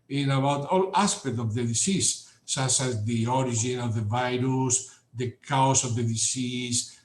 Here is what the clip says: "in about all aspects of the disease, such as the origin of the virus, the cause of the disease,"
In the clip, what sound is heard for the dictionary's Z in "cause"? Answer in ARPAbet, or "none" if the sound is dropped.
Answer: S